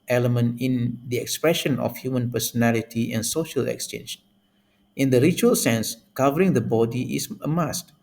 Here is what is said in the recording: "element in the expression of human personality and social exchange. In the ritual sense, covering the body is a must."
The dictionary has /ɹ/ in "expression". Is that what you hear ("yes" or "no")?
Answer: yes